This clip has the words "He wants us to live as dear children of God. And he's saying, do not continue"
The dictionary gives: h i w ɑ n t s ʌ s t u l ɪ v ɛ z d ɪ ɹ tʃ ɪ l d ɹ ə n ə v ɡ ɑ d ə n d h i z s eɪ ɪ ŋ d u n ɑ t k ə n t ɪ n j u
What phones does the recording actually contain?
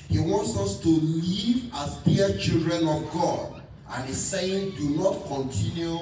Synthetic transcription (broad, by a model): h i w ɑ n t s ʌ s t u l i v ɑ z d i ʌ tʃ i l d ɹ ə n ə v ɡ ɑ d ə n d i s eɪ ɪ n d u n ɑ t k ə n t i n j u